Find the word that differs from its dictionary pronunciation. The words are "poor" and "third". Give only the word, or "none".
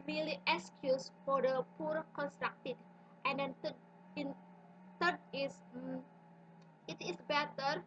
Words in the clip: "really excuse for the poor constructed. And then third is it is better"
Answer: third